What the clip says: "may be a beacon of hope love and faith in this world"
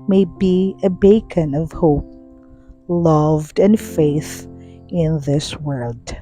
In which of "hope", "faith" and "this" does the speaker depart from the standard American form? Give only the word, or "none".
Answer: none